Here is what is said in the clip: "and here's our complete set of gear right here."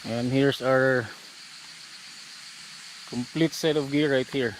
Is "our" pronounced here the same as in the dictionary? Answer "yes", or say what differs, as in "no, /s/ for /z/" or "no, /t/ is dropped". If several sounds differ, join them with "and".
yes